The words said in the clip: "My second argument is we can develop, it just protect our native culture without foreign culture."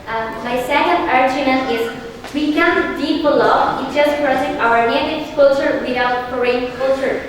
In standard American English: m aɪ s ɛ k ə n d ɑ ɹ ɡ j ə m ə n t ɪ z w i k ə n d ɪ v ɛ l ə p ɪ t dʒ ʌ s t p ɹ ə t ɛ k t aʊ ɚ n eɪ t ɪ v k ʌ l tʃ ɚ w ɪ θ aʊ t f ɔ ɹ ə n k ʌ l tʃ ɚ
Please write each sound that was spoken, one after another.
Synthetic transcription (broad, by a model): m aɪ s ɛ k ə n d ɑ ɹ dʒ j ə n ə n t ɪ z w i k ə n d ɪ p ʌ l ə ɪ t dʒ ʌ s t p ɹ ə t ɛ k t aʊ ɚ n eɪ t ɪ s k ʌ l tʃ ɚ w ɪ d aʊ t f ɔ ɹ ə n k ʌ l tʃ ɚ